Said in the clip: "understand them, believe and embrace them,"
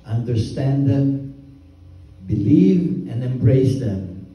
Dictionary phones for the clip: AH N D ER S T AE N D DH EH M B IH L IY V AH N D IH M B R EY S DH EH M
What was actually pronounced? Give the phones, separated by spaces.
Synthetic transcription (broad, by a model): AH N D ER S T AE N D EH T B IH L IY V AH N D IH M B R EY S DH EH M